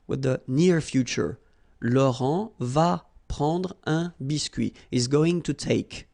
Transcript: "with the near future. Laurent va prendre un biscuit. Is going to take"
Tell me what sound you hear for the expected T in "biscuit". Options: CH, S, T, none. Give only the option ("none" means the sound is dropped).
none